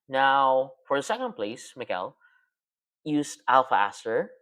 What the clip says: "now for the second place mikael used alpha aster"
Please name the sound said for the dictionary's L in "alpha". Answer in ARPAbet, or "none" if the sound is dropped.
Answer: L